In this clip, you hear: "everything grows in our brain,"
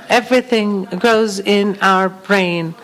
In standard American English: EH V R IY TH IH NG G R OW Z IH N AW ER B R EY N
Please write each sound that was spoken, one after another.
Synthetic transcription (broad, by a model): EH V R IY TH IH NG G R OW Z IH N AW ER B R EY N